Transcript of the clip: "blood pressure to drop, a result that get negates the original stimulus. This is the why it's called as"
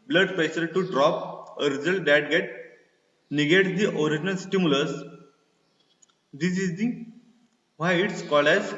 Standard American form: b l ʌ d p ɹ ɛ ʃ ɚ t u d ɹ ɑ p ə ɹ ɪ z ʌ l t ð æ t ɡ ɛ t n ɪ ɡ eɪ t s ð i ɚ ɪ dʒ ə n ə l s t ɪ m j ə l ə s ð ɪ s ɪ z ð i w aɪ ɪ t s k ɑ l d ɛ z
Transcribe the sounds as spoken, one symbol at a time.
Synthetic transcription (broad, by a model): b l ʌ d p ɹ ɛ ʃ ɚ t u d ɹ ɑ p ə ɹ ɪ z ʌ l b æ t ɡ ɛ t n ɪ ɡ eɪ t s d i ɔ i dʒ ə n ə l s t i m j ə l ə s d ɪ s ɪ z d i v aɪ ɪ t s k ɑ l ɛ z